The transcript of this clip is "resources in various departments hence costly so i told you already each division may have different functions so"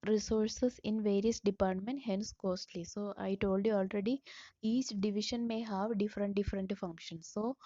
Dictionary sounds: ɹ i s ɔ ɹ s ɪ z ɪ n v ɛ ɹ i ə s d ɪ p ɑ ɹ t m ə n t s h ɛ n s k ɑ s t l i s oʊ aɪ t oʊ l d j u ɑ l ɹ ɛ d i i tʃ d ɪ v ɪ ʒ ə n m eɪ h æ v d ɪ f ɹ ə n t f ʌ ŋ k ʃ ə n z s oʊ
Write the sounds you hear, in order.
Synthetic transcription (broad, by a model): ɹ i s ɔ ɹ s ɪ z ɪ n v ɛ ɹ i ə s d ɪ p ɑ ɹ t m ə n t h ɛ n s k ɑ s t l i s oʊ aɪ t oʊ l d j u ɑ l ɹ ɛ d i i tʃ d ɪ v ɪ ʃ ə n m eɪ h æ v d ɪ f ɹ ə n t f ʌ ŋ k ʃ ə n s oʊ